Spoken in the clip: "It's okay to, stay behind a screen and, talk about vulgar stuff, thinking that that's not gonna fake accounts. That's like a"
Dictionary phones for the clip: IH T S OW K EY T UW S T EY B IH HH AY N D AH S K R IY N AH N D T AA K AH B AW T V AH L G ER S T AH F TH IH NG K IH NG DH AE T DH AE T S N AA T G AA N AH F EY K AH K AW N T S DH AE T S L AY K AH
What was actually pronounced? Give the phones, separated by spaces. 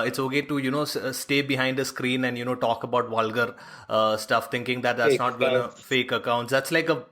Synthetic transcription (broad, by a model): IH T S OW K EY T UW S T EY B IH HH AY N D AH S K R IY N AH N D T AA K AH B AW T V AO L G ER S T AH F T IH NG K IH NG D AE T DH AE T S N AA T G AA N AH F EY K AH K AW N T S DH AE T S L AY K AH